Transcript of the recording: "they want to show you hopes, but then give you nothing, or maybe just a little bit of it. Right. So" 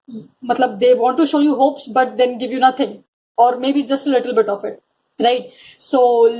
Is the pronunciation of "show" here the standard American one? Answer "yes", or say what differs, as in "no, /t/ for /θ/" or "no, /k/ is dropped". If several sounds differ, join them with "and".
yes